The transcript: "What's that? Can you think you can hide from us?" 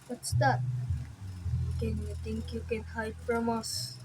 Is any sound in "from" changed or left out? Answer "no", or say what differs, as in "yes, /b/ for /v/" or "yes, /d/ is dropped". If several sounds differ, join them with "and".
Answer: yes, /p/ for /f/